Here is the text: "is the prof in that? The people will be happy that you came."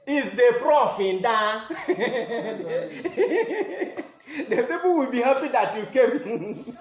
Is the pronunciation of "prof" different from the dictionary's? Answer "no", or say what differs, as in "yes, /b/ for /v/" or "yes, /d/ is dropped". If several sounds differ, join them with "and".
no